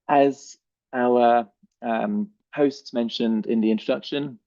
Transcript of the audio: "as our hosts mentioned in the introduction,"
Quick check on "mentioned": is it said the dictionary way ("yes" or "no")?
yes